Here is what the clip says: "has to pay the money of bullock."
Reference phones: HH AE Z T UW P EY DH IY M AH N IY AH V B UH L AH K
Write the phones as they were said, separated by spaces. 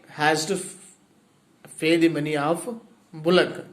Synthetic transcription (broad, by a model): HH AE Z T UW F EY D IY M AH N IY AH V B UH L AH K